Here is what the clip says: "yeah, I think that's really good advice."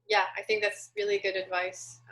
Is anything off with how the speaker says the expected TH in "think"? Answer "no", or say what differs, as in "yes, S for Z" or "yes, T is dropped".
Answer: no